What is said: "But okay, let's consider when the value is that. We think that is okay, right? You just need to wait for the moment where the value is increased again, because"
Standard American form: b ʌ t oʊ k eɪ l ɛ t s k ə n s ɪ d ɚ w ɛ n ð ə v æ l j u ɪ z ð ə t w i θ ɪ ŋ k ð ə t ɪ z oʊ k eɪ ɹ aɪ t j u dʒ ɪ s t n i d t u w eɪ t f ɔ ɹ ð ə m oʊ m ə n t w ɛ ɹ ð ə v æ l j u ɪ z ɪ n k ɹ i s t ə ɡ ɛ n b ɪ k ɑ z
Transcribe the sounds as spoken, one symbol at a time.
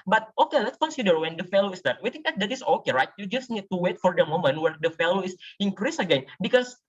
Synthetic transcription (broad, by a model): b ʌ t oʊ k eɪ l ɛ t s k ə n s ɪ d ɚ w ɛ n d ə f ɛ l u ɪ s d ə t w i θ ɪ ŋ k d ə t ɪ s oʊ k eɪ ɹ aɪ t j u dʒ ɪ s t n i d t u w eɪ t f ɔ ɹ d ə m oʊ m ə n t w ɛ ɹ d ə f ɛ l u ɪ s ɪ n k ɹ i s ə ɡ ɛ n b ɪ k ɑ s